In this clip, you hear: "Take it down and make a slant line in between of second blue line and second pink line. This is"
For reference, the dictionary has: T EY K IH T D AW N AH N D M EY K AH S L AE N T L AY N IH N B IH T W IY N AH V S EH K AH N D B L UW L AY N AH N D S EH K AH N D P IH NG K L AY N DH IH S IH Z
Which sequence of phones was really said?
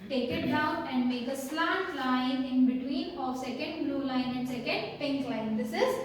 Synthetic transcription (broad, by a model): T EY K IH T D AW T AH N D M EY K AH S L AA T L AY N IH N B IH T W IY N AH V S EH K AH N D B L UW L AY N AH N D S EH K AH N D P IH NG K L AY N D IH S IH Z